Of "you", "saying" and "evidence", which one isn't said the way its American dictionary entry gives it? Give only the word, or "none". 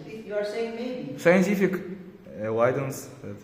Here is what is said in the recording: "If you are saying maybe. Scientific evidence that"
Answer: evidence